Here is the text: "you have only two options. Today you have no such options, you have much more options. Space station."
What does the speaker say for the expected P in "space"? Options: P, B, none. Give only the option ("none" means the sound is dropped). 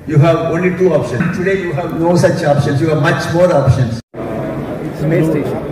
none